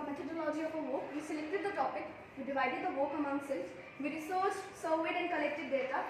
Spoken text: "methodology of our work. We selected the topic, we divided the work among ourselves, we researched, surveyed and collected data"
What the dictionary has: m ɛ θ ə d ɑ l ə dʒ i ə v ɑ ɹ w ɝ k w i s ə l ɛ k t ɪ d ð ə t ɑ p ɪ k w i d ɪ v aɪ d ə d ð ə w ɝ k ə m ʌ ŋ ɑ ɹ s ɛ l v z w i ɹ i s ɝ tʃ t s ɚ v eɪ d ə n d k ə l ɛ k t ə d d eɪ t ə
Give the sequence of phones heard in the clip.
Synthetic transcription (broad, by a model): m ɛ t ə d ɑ l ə dʒ i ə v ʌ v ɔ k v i s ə l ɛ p t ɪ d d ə t ɑ p ɪ k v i d ɪ v aɪ d ə d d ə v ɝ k ə m ʌ ŋ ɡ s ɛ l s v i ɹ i s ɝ s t s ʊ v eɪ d ə n d k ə l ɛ k t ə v d eɪ t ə